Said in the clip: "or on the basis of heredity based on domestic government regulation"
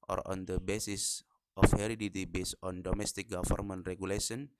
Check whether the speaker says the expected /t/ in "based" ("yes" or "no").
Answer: no